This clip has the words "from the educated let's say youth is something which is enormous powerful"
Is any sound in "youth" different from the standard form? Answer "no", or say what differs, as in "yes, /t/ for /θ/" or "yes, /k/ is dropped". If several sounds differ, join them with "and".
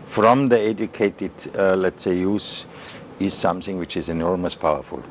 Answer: yes, /s/ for /θ/